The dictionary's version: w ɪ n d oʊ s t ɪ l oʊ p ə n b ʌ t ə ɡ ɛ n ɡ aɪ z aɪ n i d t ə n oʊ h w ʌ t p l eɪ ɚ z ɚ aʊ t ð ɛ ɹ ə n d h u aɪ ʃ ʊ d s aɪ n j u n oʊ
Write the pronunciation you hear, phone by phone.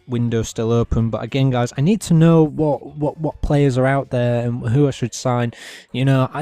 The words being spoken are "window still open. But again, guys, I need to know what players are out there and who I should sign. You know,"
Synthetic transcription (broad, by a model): w ɪ n d oʊ s t ɪ l oʊ p ə n b ʌ t ə ɡ ɛ n ɡ aɪ z aɪ n i d t ə n oʊ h w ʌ t p l eɪ ɚ z ɚ aʊ t ð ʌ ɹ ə n h u aɪ ʃ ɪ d s aɪ n j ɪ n oʊ